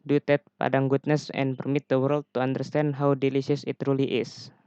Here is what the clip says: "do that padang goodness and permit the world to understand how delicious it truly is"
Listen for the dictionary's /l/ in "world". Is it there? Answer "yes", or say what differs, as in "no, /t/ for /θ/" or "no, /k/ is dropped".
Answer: yes